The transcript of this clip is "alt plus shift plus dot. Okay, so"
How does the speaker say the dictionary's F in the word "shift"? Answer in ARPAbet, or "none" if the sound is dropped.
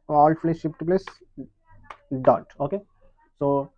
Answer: P